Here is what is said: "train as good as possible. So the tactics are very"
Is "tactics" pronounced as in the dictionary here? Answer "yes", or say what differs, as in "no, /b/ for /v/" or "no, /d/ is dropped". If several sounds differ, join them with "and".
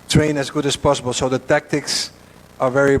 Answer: yes